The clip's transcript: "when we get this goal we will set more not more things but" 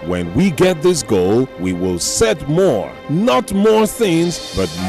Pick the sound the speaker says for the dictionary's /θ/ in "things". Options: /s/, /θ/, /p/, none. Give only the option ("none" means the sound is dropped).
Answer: /θ/